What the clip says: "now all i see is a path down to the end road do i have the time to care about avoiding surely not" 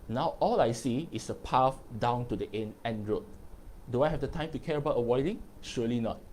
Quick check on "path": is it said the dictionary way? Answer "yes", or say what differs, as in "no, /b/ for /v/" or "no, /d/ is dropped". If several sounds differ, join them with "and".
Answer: no, /f/ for /θ/